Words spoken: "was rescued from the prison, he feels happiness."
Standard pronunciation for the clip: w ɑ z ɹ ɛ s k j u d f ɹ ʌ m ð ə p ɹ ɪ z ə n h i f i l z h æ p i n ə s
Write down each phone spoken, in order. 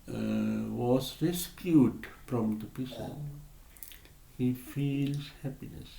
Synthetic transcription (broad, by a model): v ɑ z ɹ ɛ s k j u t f ɹ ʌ m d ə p ɪ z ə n h i f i l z h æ p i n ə s